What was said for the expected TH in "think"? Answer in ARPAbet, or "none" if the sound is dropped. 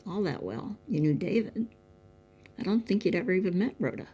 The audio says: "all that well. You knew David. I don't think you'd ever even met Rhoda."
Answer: TH